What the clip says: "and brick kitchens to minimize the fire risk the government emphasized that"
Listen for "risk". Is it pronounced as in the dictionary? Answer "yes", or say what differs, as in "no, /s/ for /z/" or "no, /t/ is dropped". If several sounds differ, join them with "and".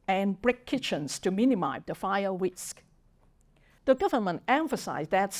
no, /w/ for /ɹ/